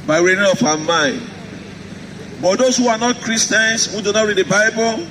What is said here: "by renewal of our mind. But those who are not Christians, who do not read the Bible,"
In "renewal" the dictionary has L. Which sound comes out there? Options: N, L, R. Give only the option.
N